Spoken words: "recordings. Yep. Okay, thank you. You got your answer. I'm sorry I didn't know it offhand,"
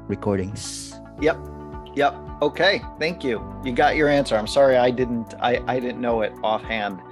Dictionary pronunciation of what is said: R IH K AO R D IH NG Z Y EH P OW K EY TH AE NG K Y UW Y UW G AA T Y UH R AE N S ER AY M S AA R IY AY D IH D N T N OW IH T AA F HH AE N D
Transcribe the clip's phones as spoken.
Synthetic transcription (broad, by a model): R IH K AO R D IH NG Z Y EH P OW K EY TH AE NG K Y UW Y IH G AA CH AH R AE N S ER AY M S AA R IY AY D IH D N T N OW IH T AA F HH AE N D